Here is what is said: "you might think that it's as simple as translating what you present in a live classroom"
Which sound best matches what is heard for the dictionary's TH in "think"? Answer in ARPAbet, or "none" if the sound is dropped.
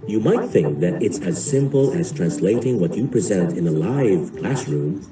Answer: TH